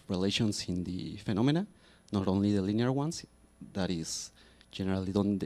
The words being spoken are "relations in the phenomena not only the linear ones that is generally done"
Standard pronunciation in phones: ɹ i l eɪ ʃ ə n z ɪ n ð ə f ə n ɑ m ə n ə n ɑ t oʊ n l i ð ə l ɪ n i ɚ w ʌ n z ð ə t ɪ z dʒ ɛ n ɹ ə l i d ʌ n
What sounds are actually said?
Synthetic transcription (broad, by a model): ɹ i l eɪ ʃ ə n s ɪ n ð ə f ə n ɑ m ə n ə n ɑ t oʊ n l i ð ə l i n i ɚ w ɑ n s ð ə t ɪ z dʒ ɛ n ɹ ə l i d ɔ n